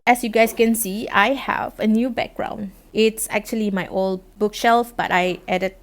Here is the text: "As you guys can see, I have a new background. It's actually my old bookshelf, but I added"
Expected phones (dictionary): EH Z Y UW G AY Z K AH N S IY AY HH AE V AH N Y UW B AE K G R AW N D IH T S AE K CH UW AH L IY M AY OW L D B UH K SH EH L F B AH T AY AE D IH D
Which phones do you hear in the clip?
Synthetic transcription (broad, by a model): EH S Y UW G AY S K AH N S IY AY HH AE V AH N Y UW B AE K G R AW N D IH T S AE K CH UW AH L IY M AY OW L D B UH K SH EH L F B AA T AY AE D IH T